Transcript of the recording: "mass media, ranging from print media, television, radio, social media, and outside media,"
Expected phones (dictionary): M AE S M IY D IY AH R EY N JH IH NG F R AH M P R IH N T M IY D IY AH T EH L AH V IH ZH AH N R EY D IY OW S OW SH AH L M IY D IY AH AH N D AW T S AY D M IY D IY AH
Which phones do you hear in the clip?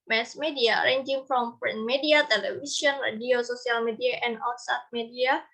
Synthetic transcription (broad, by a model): M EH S M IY D IY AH R EY N JH IH NG F R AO M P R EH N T M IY D IY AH T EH L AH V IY S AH N R EY D IY OW S OW S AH L M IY D IY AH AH N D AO S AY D M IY D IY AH